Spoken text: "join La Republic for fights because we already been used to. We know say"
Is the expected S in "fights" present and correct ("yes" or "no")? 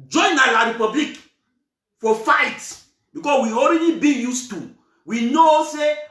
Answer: no